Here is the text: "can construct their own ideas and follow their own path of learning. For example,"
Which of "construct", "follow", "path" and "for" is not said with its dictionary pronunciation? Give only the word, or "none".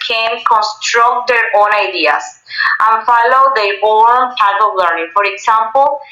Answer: path